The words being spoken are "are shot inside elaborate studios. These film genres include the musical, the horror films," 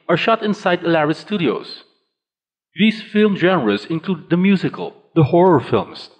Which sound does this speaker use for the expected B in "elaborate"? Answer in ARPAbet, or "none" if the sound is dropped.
none